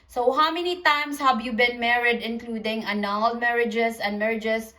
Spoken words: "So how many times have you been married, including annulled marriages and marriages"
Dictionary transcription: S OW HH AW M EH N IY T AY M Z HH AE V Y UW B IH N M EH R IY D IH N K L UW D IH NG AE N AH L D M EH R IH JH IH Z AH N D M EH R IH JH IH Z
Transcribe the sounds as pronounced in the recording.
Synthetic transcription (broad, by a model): S OW HH AW M EH N IY T AY M S HH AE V Y UW B IH N M EH R IY D IH N K L UW D IH NG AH N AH L M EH R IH JH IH S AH N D M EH R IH JH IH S